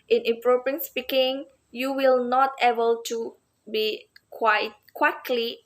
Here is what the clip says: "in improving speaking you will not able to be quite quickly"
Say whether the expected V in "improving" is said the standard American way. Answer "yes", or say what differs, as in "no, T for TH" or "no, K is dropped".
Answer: no, V is dropped